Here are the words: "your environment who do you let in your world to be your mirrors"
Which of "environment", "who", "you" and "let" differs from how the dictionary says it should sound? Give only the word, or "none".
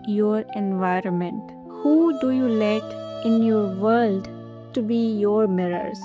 none